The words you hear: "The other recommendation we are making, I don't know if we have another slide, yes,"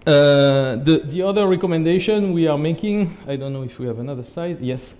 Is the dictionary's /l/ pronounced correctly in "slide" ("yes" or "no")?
no